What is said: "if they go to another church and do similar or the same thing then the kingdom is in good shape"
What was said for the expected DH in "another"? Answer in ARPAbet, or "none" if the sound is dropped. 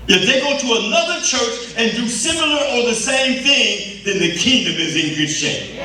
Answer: DH